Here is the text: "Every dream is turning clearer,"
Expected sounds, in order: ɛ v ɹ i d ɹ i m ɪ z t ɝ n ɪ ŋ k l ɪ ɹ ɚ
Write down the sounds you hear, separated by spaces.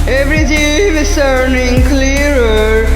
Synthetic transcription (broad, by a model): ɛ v ɹ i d i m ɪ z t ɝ n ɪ ŋ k l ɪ ɹ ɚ